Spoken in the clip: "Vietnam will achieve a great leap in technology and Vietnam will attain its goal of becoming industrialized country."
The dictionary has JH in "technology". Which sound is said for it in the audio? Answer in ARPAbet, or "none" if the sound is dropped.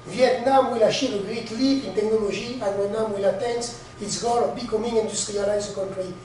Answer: ZH